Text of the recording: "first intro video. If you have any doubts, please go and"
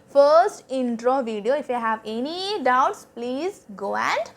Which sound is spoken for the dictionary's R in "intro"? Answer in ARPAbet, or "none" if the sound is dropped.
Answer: R